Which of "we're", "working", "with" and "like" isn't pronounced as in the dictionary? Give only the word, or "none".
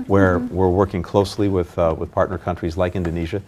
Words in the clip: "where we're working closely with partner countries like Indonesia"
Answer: none